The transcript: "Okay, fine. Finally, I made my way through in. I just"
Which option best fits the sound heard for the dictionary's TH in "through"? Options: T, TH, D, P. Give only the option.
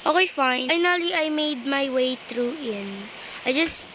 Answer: T